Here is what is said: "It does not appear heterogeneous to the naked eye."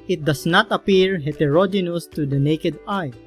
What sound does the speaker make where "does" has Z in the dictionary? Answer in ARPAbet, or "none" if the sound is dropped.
S